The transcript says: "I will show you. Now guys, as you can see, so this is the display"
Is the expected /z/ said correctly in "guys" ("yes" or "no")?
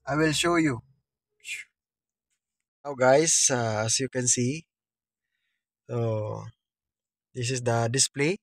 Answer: no